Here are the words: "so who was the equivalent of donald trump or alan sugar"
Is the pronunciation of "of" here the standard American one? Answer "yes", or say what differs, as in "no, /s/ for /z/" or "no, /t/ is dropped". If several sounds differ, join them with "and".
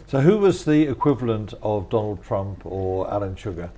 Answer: yes